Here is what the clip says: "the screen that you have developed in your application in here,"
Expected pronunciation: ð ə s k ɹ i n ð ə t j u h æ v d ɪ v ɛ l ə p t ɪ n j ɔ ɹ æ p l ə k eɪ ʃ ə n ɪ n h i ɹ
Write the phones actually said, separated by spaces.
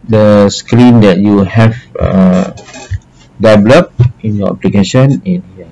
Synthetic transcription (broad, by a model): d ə s k ɹ i n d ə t j u h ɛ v d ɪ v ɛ l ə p ɪ n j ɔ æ p l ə k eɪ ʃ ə n ɪ n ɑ